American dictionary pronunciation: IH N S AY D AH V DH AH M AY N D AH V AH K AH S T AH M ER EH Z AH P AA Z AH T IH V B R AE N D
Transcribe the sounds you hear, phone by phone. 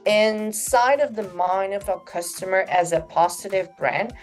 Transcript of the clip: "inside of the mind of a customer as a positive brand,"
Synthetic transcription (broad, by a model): IH N S AY D AH V DH AH M AY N AH V AH K AH S T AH M ER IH Z AH P AA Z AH T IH V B R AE N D